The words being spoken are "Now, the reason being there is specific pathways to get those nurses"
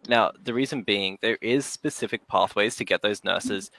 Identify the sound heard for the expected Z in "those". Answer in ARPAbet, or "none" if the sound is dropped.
Z